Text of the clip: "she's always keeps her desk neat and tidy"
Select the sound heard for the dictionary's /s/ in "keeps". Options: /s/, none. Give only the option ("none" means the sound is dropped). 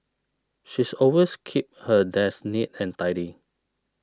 none